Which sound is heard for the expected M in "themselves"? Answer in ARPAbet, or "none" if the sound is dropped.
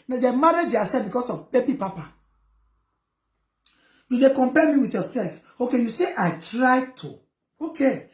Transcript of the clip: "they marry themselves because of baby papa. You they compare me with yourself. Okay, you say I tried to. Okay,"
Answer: none